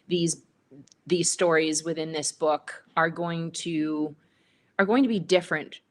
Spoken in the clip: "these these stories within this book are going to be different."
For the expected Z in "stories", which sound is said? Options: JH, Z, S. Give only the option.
Z